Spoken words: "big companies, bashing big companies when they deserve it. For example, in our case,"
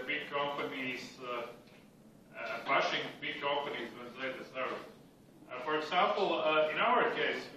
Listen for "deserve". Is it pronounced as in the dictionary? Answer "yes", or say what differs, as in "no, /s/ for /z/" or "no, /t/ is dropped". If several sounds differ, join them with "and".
no, /v/ is dropped